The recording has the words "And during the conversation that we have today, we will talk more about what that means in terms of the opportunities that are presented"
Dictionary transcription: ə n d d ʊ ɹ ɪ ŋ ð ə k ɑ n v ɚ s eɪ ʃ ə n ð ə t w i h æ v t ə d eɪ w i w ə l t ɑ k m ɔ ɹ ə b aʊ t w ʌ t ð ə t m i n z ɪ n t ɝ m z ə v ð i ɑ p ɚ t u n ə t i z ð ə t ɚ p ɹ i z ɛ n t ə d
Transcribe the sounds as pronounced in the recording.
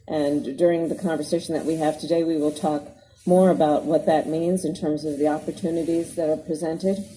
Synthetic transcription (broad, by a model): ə n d d ʊ ɹ ɪ ŋ ð ə k ɑ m v ɚ s eɪ ʃ n ð ə t w i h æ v t ə d eɪ w i w ə l t ɑ k m ɔ ɹ ə b aʊ t w ʌ t ð ə t m i n z ɪ n t ɝ m z ə v ð i ɑ p ɚ t u n ə t i z ð ə t ɚ p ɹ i z ɛ n t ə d